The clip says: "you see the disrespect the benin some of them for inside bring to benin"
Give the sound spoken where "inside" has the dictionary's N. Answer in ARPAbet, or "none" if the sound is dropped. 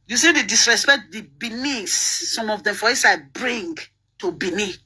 none